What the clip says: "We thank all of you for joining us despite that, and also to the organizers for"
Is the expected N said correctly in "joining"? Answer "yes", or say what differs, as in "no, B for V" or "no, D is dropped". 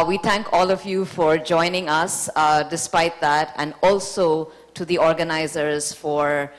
yes